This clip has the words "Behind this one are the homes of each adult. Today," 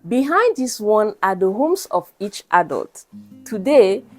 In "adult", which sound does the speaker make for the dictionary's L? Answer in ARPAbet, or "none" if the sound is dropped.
L